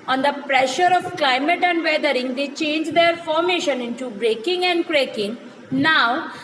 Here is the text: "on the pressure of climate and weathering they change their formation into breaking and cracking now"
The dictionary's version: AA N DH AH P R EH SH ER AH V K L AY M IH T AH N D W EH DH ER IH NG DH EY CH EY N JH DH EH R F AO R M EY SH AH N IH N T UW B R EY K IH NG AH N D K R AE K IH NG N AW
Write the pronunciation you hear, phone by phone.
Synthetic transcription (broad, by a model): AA N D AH P R EH SH ER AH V K L AY M IH T AH N D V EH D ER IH NG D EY CH EY N JH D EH R F AO R M EY SH AH N IH N T UW B R EY K IH NG AH N D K R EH K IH NG N AW